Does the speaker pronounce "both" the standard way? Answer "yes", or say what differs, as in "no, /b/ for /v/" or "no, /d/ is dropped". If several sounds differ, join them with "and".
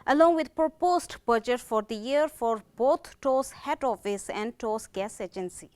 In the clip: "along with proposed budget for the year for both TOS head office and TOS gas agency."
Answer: no, /t/ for /θ/